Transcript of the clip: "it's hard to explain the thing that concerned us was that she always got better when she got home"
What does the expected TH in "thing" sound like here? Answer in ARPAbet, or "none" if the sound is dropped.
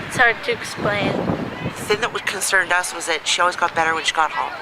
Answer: TH